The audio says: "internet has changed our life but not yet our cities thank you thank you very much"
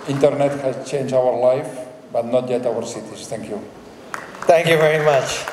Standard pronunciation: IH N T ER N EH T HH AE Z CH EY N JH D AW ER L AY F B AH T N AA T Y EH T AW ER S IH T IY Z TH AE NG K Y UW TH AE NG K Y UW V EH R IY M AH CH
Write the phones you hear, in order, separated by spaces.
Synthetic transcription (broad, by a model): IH N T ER N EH T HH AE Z CH EY N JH AW ER L AY F B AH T N AA T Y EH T AW ER S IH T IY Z T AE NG K Y UW T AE NG K Y UW V EH R IY M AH CH